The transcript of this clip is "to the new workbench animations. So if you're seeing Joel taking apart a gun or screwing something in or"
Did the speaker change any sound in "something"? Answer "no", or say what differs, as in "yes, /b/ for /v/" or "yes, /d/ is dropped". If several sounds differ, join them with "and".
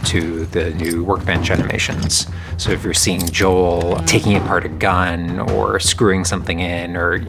no